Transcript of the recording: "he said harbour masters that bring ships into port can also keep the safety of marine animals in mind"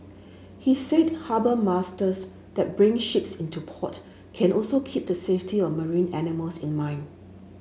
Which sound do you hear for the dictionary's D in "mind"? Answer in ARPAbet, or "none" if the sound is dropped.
none